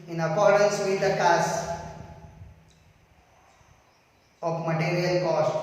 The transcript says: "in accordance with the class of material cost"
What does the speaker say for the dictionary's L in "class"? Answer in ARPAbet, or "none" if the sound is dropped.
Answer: none